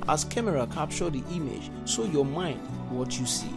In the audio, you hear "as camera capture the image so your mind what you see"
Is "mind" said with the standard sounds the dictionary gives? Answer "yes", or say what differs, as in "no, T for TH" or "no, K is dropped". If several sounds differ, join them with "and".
yes